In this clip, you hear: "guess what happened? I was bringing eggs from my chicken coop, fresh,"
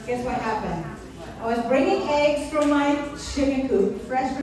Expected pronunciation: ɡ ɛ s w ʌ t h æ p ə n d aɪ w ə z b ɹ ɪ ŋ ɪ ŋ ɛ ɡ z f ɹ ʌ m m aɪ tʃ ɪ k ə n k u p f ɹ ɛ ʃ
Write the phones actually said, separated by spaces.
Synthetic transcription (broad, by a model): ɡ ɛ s w ʌ t h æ p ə n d aɪ w ə z b ɹ ɪ ŋ ɪ ŋ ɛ ɡ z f ɹ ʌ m m aɪ ʃ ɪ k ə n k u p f ɹ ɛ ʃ